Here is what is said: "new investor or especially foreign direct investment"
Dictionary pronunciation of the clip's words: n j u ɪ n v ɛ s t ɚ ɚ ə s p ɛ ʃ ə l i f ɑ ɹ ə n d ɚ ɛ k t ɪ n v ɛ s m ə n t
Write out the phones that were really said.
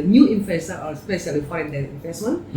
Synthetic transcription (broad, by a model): n j u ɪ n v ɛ s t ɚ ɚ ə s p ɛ s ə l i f ɑ ə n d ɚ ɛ t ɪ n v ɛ s m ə n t